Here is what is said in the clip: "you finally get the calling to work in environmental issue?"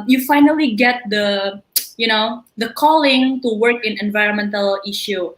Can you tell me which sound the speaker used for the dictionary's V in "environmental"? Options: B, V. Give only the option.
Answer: V